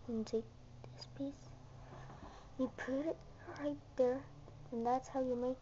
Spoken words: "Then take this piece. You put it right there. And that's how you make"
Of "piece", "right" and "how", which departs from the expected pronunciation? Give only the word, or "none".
none